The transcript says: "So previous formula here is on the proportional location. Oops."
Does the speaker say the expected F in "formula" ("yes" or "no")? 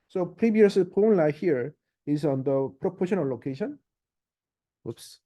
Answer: no